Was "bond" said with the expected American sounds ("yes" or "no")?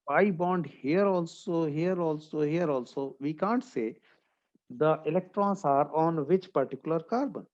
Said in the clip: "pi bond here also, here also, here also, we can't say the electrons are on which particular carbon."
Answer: yes